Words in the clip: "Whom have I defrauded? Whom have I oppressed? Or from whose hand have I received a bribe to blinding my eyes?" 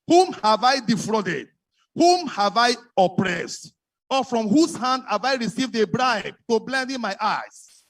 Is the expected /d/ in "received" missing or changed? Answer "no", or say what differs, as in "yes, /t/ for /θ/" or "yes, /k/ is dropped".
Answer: no